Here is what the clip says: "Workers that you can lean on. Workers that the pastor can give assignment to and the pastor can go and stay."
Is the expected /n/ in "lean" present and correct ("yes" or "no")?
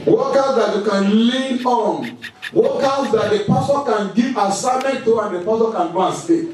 no